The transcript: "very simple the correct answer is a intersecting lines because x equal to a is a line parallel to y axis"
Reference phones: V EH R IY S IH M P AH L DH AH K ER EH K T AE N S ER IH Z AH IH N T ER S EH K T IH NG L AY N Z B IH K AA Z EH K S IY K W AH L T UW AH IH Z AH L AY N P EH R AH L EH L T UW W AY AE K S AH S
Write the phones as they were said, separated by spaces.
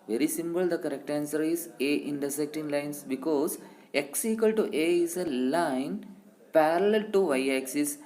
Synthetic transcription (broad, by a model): V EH R IY S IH M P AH L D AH K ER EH K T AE N S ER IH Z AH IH N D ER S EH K T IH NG L AY N S B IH K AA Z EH K S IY K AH L T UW AH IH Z AH L AY N P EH R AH L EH L T UW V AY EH K S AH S